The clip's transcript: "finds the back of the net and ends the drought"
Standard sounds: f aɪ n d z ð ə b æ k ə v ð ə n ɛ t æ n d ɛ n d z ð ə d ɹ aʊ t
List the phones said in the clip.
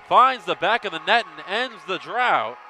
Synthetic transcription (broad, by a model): f aɪ n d z ð ə b æ k ə v ð ə n ɛ t n ɛ n d z ð ə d ɹ aʊ t